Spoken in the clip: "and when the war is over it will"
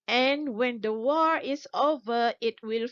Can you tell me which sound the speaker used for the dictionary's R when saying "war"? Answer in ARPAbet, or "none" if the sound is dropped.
R